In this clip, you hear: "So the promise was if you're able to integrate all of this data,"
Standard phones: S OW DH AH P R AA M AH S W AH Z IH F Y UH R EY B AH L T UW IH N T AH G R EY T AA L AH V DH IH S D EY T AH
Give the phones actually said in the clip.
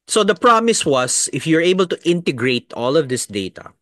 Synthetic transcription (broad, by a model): S OW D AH P R AA M AH S W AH S IH F Y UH R EY B AH L T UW IH N T AH G R EY T AA L AH V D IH S D EY T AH